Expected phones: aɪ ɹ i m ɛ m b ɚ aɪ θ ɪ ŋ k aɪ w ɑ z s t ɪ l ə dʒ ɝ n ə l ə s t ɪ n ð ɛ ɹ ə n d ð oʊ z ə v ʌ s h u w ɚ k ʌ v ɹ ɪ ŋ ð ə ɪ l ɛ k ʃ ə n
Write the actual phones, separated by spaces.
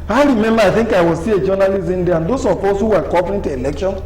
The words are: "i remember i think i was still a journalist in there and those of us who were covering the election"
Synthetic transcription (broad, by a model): aɪ ɹ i m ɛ m b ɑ aɪ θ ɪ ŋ k aɪ w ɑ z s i ə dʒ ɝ n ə l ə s ɪ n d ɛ ə n d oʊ s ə p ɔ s h u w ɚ k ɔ p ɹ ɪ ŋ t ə l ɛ k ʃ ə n